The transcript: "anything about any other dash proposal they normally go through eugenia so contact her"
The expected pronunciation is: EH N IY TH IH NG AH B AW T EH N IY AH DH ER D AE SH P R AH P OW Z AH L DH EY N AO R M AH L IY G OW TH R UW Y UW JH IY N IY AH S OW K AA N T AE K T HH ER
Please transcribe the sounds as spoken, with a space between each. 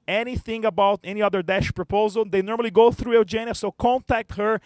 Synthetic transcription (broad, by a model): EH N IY TH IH NG AH B AW T EH N IY AH DH ER D AE SH P R AH P OW Z AH L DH EY N AO R M AH L IY G OW TH R UW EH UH JH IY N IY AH S OW K AA N T AE K T HH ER